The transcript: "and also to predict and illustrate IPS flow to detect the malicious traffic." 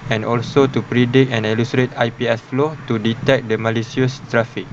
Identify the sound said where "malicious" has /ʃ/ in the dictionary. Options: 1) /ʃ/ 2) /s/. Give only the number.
2